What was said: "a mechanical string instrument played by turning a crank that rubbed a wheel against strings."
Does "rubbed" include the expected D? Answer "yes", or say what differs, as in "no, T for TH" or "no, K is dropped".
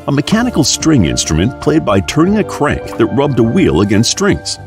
yes